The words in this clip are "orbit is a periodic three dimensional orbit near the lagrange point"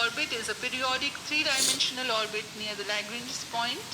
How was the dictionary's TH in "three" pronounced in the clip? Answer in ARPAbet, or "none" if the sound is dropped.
T